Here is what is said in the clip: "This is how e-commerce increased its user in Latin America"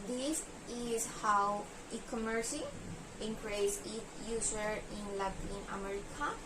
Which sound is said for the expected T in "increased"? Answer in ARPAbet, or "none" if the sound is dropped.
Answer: none